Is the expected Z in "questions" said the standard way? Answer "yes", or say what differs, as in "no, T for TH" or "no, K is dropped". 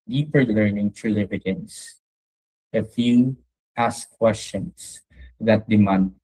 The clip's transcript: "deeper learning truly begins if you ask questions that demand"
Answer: no, S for Z